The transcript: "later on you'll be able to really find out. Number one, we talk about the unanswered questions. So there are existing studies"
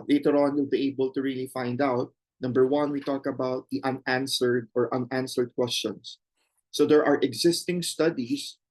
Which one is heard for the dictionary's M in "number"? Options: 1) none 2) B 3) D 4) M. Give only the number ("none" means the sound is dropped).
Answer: 4